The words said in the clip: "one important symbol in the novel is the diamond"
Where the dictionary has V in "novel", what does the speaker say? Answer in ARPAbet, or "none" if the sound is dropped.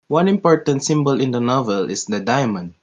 V